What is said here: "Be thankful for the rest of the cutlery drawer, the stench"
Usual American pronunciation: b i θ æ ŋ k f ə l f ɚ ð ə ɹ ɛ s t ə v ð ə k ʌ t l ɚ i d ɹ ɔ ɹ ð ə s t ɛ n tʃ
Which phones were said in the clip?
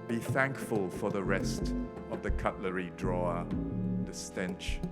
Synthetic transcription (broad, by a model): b i θ æ ŋ k f ə l f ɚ ð ə ɹ ɛ s t ə v ð ə k ʌ t l ɚ i d ɹ ɔ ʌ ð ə s t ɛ n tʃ